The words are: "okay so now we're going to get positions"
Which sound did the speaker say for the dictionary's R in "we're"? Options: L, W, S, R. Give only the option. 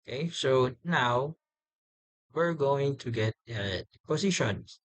R